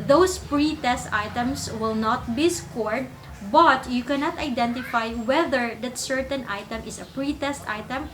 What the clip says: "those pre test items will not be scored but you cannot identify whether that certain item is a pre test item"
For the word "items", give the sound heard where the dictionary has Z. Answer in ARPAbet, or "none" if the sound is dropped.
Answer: S